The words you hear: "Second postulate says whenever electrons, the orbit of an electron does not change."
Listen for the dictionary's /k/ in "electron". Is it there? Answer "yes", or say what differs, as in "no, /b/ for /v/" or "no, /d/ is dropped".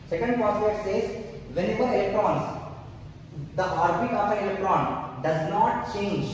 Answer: yes